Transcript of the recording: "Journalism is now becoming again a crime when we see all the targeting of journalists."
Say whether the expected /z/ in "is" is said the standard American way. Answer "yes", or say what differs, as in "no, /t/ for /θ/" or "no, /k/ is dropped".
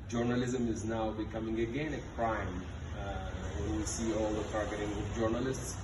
yes